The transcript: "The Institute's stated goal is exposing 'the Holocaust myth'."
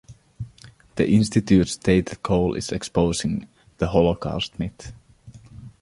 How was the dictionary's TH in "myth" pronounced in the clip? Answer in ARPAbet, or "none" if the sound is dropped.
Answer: T